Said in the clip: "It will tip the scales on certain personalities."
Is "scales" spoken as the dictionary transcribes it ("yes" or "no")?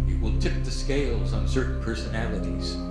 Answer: yes